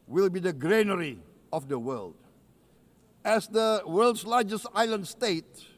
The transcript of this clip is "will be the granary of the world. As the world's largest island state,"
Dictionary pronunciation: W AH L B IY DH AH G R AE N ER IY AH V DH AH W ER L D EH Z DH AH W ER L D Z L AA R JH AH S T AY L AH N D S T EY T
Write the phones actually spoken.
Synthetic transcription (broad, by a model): W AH L B IY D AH G R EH N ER IY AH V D AH W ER L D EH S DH AH W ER L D S L AA JH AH S T AY L AH N D S T EY T